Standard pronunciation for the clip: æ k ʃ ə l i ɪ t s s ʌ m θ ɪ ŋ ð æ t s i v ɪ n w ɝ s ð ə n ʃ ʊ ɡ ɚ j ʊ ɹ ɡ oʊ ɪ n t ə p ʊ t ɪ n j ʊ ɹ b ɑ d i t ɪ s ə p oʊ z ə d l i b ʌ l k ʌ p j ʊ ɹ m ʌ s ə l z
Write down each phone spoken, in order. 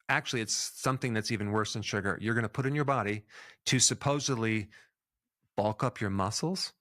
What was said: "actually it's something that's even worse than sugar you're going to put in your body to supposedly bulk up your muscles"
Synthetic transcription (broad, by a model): æ k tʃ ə l i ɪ t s s ʌ m θ ɪ ŋ ð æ t s i v ɪ n w ɝ s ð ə n ʃ ʊ ɡ ɚ j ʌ ɹ ɡ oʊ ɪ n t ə p ʊ t ɪ n j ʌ ɹ b ɑ d i t ɪ s ə p oʊ z ə d l i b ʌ l k ʌ p j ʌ ɹ m ʌ s l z